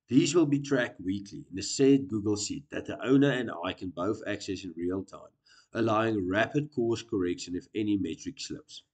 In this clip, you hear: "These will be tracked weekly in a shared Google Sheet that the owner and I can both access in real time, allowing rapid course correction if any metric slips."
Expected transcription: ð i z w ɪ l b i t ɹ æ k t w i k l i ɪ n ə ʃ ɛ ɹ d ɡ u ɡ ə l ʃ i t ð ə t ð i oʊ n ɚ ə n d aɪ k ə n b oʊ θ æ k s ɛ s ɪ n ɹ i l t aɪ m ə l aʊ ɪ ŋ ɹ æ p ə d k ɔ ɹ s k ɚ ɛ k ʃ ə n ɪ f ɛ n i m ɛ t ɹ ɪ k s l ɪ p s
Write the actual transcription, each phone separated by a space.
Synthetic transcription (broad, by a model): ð i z w ɪ l b i t ɹ æ k t w i k l i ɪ n ə s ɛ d ɡ u ɡ ə l s i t ð ə t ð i oʊ n ɚ ə n d aɪ k ə n b oʊ θ æ k s ɛ s ɪ n ɹ i l t aɪ m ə l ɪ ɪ ŋ ɹ æ p ə d k ɔ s k ɚ ɛ k ʃ ə n ɪ f ɛ n i m ɛ t ɹ ɪ k s l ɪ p s